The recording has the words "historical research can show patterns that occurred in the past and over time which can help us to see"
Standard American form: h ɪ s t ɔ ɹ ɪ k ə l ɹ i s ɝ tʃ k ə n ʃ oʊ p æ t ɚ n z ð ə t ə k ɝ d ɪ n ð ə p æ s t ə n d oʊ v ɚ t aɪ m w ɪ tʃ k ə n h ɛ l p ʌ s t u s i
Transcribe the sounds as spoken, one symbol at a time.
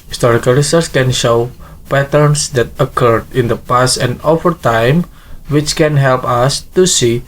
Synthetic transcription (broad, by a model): h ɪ s t ɔ ɹ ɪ k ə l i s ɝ s k ə n ʃ oʊ p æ t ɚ n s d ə t ə k ɝ d ɪ n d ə p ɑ s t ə n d oʊ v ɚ t aɪ m w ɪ tʃ k ə n h ɛ l p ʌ s t u s i